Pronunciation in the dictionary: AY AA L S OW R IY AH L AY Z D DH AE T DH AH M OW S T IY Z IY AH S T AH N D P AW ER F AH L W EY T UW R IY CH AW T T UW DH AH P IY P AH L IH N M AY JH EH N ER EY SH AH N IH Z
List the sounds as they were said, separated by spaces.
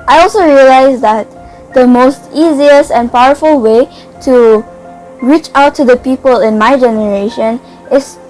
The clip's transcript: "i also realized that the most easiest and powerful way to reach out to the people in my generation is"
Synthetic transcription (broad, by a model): AY AA L S OW R IY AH L AY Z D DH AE T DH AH M OW S T IY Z IY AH S AH N P AW ER F AH L W EY T UW R IY CH AW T T UW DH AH P IY P AH L IH N M AY JH EH N ER EY SH AH N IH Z